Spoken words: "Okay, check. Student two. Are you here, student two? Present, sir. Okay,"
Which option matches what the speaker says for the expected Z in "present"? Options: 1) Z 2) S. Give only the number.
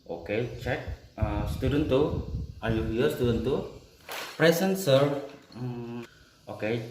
2